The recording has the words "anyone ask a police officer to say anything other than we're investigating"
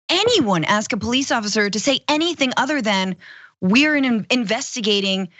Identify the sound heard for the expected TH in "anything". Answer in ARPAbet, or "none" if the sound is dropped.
TH